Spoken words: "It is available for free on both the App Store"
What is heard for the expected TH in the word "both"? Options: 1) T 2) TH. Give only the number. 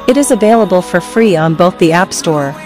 2